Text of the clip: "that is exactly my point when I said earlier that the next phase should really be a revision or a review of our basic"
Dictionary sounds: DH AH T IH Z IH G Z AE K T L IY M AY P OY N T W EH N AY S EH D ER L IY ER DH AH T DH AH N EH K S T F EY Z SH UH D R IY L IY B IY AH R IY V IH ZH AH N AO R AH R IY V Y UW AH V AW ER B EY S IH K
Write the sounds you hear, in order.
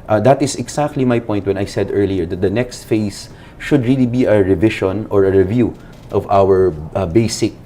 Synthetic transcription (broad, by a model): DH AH T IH S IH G S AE K T L IY M AY P OY N T W EH N AY S EH D ER L IY ER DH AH T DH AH N EH K S T F EY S SH UH D R IY L IY B IY AH R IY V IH SH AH N AO R AH R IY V Y UW AH V AW ER B EY S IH K